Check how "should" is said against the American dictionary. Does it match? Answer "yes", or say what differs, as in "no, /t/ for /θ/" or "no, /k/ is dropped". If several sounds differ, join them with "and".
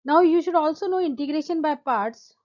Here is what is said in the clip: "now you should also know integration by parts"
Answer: yes